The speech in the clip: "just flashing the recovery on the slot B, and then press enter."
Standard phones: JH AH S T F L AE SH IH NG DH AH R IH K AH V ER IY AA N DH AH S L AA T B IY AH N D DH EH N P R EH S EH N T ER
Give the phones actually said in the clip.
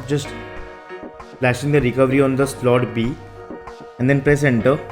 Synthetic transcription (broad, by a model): JH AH S T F L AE SH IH NG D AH R IH K AH V ER IY AA N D AH S L AA T B IY AH N D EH N P R EH S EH N T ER